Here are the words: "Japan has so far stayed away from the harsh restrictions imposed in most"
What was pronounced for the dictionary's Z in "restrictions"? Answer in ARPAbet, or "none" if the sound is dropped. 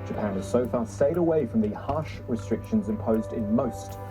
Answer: Z